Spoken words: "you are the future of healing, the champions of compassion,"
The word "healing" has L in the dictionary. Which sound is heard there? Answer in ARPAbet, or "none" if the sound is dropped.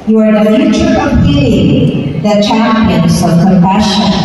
none